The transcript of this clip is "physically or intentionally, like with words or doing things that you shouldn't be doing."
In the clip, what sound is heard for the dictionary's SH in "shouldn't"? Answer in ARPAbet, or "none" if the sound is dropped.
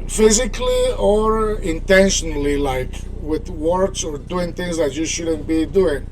SH